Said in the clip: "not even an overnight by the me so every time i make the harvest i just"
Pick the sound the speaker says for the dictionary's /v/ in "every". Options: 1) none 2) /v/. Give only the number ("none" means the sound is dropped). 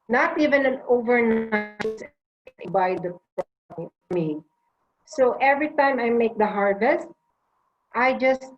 2